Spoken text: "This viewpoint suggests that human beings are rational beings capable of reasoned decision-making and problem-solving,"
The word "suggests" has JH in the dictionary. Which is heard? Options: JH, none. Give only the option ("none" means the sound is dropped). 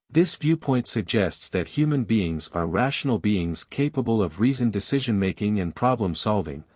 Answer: JH